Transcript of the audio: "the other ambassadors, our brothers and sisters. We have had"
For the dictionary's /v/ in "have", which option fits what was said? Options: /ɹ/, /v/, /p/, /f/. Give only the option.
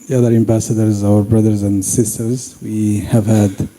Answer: /v/